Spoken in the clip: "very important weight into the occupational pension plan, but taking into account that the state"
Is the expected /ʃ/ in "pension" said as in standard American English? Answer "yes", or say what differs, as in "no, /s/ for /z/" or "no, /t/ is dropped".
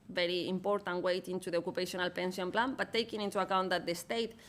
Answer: no, /s/ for /ʃ/